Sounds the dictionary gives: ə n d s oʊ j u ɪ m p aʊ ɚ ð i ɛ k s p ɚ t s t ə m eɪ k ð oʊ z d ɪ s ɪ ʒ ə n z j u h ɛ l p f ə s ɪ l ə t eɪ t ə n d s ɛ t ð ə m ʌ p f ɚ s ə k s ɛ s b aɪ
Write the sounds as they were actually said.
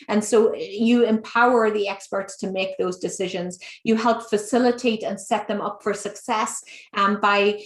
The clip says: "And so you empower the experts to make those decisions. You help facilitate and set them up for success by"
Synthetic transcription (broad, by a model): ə n s oʊ j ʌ ɪ m p aʊ ɚ ð i ɛ k s p ɚ t s t ə m eɪ k ð oʊ z d ɪ s ɪ ʒ ə n z j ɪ h ɛ l p f ə s ɪ l ə t eɪ t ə n s ɛ t ð ə m ʌ p f ɚ s ə k s ɛ s b aɪ